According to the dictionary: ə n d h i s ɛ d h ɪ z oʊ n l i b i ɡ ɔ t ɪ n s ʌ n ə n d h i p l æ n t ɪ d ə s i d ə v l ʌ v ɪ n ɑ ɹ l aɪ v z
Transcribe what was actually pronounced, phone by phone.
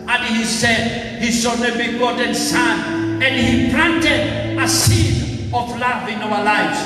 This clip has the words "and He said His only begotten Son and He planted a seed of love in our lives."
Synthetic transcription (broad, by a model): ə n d h i s ɛ d h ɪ s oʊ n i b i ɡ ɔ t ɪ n s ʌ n ə n d h i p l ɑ n t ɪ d ə s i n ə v l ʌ v ɪ n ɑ w l aɪ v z